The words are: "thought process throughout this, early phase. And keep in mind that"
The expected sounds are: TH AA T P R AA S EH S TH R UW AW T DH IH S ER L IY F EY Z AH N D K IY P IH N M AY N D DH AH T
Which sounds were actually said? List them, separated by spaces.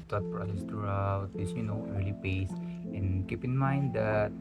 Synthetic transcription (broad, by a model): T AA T P R AA S EH S T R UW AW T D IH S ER L IY P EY S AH N K IY P IH N M AY N D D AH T